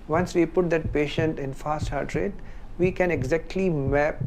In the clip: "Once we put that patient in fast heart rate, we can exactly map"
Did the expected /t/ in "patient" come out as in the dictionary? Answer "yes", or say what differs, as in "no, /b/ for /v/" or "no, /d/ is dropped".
yes